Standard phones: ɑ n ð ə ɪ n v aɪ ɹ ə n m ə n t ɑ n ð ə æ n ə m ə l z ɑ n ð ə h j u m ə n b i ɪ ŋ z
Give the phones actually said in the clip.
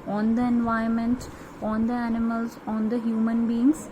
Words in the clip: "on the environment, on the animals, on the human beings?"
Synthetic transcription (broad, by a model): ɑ n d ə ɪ n v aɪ ə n m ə n t ɑ n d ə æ n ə m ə l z ɑ n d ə h j u m ə n b i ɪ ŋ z